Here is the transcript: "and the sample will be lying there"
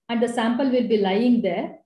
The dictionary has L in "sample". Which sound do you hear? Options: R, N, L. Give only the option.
L